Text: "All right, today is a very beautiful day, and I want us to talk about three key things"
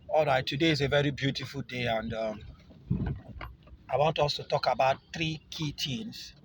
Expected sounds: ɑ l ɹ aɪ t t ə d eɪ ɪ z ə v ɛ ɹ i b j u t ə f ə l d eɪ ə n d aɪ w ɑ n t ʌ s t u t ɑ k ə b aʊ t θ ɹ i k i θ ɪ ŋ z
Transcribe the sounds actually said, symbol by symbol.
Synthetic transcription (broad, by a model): ɑ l ɹ aɪ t t ə d eɪ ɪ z ə v ɛ ɹ i b j u t ə f ə l d eɪ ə n d aɪ w ɑ n t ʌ s t u t ɑ k ə b aʊ t θ ɹ i k i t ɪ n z